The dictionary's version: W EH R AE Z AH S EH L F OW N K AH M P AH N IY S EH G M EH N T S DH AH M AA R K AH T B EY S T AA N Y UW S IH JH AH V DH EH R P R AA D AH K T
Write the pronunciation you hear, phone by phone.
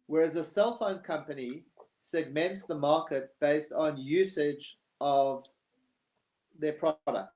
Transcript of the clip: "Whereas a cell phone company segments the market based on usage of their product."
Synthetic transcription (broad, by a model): W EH R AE Z AH S EH L F OW N K AH M P AH N IY S EH G M EH N T S DH AH M AA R K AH T B EY S T N Y UW S IH JH AH V DH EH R P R AA D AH K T